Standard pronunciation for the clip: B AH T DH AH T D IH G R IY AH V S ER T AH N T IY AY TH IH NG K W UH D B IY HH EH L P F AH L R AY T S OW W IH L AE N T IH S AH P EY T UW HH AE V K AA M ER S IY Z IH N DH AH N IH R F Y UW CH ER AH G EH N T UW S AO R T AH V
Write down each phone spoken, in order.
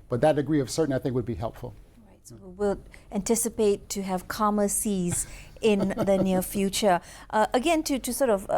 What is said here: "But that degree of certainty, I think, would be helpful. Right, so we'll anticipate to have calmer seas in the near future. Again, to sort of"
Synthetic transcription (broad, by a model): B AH T DH AH T D IH G R IY AH V S ER T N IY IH TH IH NG K W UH D B IY HH EH L P F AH L R AY T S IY W IH L AE N T IH S AH P EY T UW HH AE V K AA M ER S IY Z IH N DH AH N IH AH F Y UW CH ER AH G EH N T UW S AO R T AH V